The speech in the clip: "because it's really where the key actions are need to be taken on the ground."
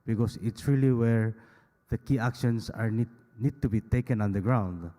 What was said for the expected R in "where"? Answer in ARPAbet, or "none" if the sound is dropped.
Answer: R